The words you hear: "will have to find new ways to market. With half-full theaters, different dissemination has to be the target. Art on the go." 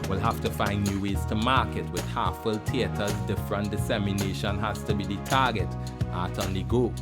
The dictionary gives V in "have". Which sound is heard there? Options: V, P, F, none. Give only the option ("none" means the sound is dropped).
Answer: F